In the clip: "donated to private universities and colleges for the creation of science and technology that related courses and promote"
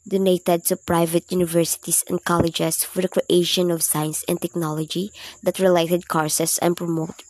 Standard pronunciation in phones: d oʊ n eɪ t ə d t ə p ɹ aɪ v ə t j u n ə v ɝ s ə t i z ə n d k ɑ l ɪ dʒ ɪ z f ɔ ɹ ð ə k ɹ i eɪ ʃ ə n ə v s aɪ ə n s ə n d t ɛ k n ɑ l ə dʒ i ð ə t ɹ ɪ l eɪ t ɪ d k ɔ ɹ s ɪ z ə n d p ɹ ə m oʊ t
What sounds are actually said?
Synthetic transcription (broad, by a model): d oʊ n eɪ t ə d s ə p ɹ aɪ v ə t j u n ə v ɝ s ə t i s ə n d k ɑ l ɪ dʒ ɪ s f ɔ ɹ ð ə k ɹ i eɪ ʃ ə n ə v s aɪ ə n s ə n t ɛ k n ɑ l ə dʒ i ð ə t ɹ ɪ l eɪ t ɪ d k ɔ ɹ s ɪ s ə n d p ɹ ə m oʊ t